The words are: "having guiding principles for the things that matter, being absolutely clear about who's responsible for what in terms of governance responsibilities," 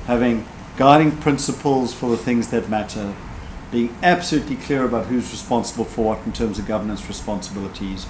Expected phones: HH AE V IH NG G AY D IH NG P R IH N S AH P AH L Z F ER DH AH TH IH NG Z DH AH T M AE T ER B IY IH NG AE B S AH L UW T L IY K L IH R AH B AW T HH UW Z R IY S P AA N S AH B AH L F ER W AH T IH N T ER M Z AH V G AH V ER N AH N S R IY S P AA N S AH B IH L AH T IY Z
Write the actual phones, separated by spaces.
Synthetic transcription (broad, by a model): HH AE V IH NG G AY D IH NG P R IH N S AH P AH L Z F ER DH AH TH IH NG Z DH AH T M AE T ER B IY IH NG AE B S AH L UW T L IY K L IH R AH B AW T HH UW Z R IY S P AA N S AH B AH L F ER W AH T N T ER M Z AH V G AH V ER N AH N S R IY S P AA N S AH B IH L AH T IY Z